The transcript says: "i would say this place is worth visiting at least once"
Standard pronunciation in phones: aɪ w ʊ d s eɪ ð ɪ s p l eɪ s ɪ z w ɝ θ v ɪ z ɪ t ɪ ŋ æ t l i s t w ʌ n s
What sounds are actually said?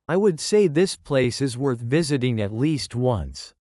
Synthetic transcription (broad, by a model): aɪ w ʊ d s eɪ ð ɪ s p l eɪ s ɪ z w ɝ θ v ɪ z ɪ t ɪ ŋ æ t l i s t w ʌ n s